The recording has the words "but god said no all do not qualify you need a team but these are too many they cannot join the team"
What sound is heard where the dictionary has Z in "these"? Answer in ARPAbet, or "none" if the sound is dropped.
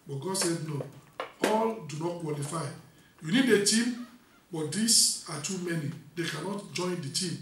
S